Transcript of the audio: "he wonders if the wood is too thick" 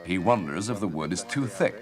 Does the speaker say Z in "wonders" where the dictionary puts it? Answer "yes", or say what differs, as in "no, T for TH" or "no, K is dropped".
yes